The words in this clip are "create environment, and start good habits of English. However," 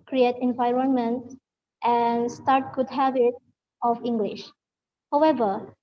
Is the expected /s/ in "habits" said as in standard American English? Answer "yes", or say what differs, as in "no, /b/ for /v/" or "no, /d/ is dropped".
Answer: no, /s/ is dropped